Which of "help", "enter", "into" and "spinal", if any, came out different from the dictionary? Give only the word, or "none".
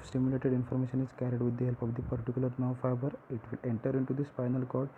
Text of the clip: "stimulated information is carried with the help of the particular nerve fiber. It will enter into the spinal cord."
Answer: spinal